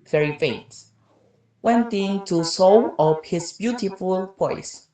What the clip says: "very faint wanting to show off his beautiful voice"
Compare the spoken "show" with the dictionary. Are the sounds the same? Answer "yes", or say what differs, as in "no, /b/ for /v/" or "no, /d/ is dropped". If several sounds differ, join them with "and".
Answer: no, /s/ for /ʃ/